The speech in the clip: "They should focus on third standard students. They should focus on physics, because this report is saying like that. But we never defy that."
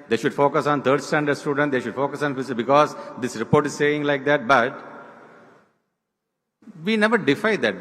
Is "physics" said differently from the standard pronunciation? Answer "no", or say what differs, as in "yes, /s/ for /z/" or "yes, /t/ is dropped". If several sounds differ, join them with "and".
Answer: yes, /k/ is dropped